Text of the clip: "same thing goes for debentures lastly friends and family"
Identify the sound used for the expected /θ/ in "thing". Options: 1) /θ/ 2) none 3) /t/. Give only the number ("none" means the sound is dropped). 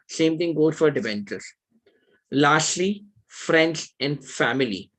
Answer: 3